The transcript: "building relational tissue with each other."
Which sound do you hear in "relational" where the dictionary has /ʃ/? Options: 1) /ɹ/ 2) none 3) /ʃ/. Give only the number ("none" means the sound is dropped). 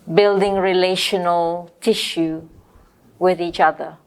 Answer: 3